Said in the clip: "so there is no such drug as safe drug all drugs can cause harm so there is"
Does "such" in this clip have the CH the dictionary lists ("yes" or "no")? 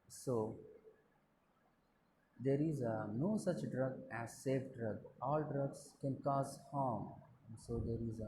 yes